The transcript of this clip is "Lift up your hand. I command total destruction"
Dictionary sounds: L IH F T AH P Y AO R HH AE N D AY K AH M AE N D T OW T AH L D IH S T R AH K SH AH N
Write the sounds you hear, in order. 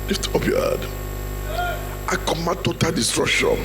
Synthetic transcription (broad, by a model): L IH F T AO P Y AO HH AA D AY K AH M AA T OW T AH L D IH S T R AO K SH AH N